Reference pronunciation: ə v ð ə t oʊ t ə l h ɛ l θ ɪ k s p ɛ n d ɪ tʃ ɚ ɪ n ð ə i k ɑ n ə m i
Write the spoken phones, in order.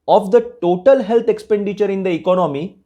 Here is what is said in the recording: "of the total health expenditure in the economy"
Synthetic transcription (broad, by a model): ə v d ə t oʊ t ə l h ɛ l t ɪ k s p ɛ n d ɪ tʃ ɚ ɪ n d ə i k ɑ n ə m i